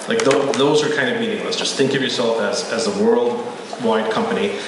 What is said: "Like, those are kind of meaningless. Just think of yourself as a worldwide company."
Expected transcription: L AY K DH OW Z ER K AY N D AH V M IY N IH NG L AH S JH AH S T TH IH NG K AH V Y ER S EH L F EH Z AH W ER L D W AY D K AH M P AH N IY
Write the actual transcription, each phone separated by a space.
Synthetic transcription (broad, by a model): L AY K DH OW Z ER K AY N D AH V M IY N IH NG L AH S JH AH S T TH IH NG K AH V Y ER S EH L F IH Z AH W ER L D W AY D K AH M P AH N IY